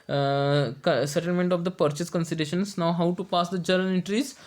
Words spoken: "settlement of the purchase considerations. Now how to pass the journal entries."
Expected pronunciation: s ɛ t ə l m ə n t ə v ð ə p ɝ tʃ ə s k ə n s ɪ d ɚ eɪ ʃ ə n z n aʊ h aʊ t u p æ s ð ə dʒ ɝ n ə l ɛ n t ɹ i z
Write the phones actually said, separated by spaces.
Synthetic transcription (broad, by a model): s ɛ t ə l m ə n t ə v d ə p ɝ tʃ ə s k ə n s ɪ d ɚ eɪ ʃ ə n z n aʊ h aʊ t u p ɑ s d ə dʒ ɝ ə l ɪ n t ɹ i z